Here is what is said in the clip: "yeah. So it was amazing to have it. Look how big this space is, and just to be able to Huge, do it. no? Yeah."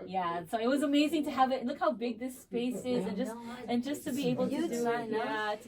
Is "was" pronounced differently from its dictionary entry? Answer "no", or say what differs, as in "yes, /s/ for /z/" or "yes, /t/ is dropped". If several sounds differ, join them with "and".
no